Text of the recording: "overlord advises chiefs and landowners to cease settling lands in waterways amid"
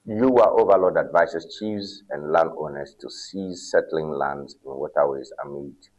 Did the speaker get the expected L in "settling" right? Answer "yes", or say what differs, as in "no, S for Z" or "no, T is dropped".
yes